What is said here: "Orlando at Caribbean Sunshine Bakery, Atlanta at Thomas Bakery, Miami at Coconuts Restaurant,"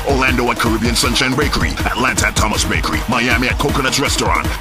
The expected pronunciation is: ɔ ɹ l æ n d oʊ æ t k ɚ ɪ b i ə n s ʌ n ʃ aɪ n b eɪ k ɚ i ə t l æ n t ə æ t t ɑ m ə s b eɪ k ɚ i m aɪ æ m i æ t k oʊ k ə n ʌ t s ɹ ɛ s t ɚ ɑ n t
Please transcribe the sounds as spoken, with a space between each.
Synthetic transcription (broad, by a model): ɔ l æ n d oʊ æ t k ɚ ɪ b i ə n s ʌ n ʃ aɪ n b eɪ k ɚ i ə t l æ n t ə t t ɑ m ə s b eɪ k ɚ i m aɪ æ m i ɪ t k oʊ k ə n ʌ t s ɹ ɛ s t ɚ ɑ n t